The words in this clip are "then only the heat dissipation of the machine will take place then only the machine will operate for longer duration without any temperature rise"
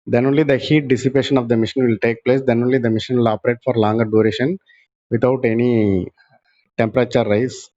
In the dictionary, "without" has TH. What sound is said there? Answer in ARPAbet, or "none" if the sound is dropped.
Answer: T